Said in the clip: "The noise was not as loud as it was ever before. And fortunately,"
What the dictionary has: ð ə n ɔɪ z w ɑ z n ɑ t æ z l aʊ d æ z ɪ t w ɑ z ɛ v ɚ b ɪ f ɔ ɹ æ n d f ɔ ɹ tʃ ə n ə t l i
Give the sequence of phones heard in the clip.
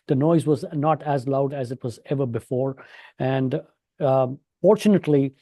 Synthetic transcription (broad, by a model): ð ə n ɔɪ z w ɑ z n ɑ t æ z l aʊ d æ z ɪ t w ɑ z ɛ v ɚ b ɪ f ɔ ɹ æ n d f ɔ ɹ tʃ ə n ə t l i